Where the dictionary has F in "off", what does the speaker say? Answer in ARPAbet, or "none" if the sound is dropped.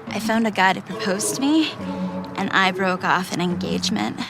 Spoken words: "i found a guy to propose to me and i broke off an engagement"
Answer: F